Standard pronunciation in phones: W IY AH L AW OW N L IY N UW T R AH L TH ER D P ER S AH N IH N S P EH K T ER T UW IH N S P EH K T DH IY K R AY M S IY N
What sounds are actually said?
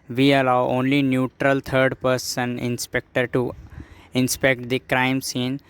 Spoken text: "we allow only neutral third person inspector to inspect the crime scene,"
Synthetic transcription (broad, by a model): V IY AH L AW OW N L IY N UW T R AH L T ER D P ER S AH N IH N S P EH K T ER T UW IH N S P EH K T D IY K R AY M S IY N